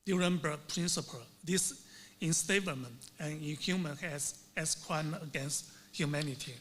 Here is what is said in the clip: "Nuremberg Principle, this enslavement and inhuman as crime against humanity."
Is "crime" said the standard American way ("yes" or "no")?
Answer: no